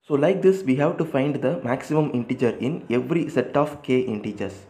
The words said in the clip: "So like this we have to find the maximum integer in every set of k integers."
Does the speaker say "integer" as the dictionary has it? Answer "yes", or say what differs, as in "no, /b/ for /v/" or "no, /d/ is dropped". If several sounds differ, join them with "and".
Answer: yes